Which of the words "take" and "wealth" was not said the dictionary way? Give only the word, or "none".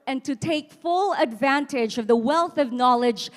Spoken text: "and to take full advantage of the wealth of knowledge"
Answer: none